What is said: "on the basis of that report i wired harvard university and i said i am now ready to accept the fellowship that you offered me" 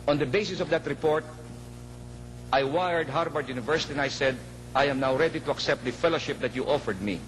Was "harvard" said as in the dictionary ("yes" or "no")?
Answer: no